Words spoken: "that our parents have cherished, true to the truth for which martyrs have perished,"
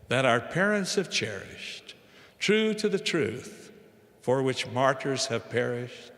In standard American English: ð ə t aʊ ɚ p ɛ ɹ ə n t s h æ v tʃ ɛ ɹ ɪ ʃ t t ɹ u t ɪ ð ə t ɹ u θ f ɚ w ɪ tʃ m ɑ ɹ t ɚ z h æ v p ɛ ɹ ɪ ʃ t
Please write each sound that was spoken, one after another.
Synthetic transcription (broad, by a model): ð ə t aʊ ɚ p ɛ ɹ ə n t s h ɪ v tʃ ɛ ɹ ɪ ʃ t t ɹ u t ɪ ð ə t ɹ u θ f ɚ w ɪ tʃ m ɑ ɹ t ɚ z h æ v p ɛ ɹ ɪ ʃ t